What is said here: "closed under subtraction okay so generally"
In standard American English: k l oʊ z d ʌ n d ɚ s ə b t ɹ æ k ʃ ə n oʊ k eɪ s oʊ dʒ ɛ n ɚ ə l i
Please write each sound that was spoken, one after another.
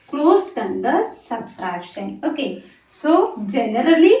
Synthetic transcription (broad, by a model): k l oʊ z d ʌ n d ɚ s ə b s ɹ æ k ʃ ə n oʊ k eɪ s oʊ dʒ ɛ n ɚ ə l i